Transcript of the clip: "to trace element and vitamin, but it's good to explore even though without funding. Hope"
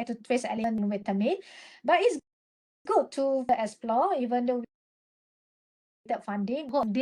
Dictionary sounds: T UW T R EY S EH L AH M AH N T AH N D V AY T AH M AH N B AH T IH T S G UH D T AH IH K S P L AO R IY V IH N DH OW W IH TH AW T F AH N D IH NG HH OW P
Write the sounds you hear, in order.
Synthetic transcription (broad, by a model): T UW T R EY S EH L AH AH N AH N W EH T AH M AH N B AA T IH T S G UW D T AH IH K S P L AO IY V IH N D OW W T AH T F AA N D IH NG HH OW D